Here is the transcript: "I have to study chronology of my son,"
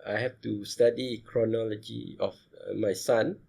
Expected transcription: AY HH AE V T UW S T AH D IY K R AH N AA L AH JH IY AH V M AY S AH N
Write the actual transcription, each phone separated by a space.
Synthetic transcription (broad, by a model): AY HH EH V T UW S T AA D IY K R AH N AA L AH JH IY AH F M AY S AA N